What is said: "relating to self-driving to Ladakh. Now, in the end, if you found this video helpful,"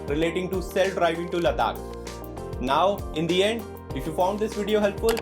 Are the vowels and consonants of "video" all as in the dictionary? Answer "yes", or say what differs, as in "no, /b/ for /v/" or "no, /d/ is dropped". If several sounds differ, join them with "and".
yes